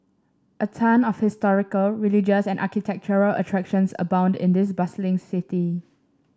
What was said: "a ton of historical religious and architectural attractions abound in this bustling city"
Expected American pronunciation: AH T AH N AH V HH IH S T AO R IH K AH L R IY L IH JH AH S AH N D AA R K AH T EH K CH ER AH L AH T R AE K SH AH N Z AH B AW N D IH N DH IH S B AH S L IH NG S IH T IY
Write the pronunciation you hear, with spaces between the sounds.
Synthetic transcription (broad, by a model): AH T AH N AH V HH IH S T AO R IH K AH L R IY L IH JH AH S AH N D AA K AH T EH K CH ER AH L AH T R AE K SH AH N S AH B AW N D IH N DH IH S B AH S L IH NG S IH T IY